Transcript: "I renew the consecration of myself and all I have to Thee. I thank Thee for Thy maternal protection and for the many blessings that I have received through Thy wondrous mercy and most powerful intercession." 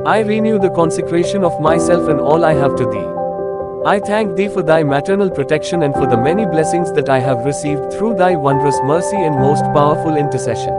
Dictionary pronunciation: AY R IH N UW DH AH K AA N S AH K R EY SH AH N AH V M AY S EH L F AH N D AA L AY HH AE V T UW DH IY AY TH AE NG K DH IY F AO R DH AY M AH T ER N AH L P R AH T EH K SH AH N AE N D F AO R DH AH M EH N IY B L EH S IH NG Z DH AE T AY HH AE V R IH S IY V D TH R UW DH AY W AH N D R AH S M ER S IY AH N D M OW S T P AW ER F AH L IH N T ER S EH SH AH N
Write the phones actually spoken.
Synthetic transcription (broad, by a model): AY R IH N UW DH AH K AA N S AH K R EY SH AH N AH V M AY S EH L F AH N D AA L AY HH AE V T UW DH IY AY T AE NG K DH IY F AO R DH AY M AH T ER N AH L P R AH T EH K SH AH N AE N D F AO R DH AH M EH N IY B L EH S IH NG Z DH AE T AY HH AE V R IH S IY V D T R UW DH AY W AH N D R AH S M ER S IY AH N D M OW S T P AW ER F AH L IH N T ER S EH SH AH N